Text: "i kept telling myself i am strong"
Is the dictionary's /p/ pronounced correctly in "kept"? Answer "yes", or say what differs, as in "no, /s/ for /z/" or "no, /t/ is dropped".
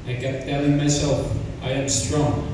no, /p/ is dropped